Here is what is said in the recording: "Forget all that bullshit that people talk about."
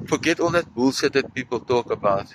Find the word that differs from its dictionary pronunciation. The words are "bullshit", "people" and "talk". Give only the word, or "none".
bullshit